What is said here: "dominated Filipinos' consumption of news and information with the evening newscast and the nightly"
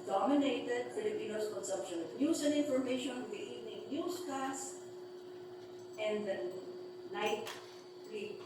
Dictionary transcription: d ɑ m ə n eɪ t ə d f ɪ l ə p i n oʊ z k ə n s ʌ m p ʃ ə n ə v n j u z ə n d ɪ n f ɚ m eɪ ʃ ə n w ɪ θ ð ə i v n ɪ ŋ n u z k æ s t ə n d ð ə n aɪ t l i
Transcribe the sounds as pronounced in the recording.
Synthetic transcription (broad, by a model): d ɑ m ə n eɪ t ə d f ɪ l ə p i n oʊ s k ə n s ʌ m p ʃ ə n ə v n j u s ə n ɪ n f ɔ m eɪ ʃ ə n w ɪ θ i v n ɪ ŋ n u s k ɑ s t ə n d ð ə n aɪ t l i